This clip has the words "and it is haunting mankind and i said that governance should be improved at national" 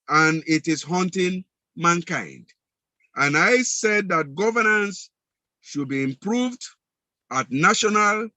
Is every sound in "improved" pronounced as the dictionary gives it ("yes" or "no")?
yes